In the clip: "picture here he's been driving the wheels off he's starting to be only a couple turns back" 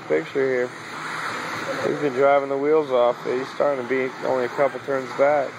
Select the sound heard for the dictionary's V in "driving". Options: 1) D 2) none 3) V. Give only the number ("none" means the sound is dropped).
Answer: 3